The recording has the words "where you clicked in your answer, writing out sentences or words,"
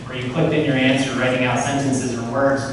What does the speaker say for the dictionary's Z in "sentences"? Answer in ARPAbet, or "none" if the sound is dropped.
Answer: Z